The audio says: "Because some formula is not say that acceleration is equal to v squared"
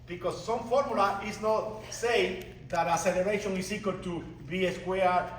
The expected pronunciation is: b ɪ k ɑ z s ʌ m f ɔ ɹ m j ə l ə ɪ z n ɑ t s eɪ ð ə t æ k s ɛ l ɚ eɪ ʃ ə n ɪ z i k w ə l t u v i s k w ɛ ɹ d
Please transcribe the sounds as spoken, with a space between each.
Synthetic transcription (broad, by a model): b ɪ k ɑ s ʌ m f ɔ ɹ m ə l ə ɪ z n ɑ t s eɪ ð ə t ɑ s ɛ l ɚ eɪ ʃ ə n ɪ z i k w ə l t u b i s k w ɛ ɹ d